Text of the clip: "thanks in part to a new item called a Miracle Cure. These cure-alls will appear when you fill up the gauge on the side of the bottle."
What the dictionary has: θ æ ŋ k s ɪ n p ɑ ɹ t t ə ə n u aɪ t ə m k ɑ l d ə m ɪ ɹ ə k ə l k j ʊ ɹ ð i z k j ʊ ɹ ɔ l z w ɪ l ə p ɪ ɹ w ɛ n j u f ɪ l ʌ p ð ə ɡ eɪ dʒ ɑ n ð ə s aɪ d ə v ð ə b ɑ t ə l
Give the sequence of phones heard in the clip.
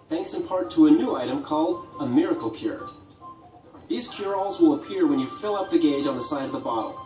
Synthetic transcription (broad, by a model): θ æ ŋ k s ɪ n p ɑ ɹ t t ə ə n u aɪ t ə m k ɑ l d ə m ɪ ɹ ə k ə l k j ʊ ɹ ð i z k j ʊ ɹ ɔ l z w ɪ l ə p ɪ ɹ w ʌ n j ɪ f ɪ l ʌ p ð ə ɡ eɪ dʒ n ð ə s aɪ d ə v ð ə b ɑ t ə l